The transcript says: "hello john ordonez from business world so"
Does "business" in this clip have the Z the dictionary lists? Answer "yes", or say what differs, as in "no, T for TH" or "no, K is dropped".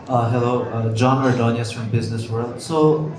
yes